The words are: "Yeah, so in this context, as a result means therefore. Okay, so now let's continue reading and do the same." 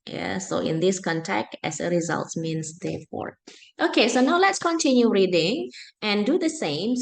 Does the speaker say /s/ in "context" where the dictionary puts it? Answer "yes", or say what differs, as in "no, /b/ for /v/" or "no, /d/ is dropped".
no, /s/ is dropped